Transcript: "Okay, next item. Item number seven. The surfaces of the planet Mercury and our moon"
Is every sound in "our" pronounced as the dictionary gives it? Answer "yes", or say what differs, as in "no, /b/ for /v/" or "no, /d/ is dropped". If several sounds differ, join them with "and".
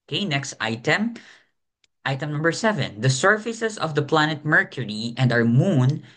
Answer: no, /w/ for /ɹ/